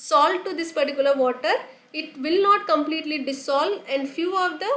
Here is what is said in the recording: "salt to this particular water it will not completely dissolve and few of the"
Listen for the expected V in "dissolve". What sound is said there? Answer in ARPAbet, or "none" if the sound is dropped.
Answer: none